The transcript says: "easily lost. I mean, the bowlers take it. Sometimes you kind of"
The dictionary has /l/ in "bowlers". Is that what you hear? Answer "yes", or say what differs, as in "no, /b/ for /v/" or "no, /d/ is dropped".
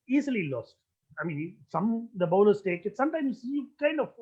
no, /n/ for /l/